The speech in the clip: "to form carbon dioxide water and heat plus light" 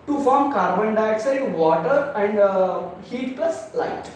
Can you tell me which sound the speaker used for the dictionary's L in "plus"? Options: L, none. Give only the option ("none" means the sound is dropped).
none